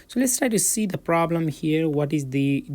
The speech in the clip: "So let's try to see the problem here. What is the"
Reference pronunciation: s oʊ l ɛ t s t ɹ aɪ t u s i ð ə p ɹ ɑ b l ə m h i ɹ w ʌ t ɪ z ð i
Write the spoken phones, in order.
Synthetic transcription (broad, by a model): s oʊ l ɛ t s t ɹ aɪ t u s i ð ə p ɹ ɑ b l ə m h i ɹ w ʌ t ɪ z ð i